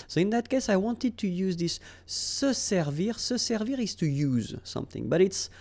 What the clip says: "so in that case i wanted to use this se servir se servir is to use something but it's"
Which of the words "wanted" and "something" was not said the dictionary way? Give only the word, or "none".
none